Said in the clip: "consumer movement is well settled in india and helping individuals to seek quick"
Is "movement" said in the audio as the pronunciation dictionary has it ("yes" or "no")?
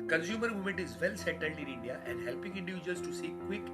no